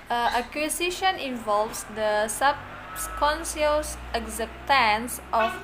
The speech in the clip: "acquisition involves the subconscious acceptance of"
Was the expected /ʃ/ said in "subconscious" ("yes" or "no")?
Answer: no